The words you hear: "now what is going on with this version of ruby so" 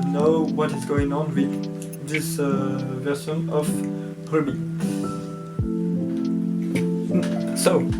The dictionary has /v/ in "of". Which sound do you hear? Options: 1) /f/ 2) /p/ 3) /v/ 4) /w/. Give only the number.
2